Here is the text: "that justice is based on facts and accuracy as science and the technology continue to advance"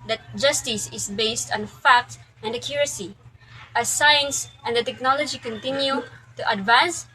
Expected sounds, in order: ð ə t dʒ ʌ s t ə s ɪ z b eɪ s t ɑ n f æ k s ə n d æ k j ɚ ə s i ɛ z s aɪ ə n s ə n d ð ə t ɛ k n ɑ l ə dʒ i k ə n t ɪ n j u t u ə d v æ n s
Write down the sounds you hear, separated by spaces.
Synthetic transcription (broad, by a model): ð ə t dʒ ʌ s t ə s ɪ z b eɪ s t ɑ n f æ k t ə n d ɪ k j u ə s i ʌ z s aɪ ə n s ə n d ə t ɛ k n ɑ l ə dʒ i k ə n t ɪ n j u t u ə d v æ n s